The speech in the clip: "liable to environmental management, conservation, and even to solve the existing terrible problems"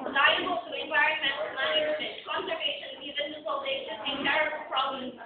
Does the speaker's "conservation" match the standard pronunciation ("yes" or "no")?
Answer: no